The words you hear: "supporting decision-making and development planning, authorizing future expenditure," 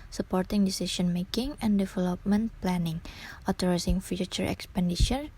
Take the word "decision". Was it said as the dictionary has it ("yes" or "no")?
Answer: no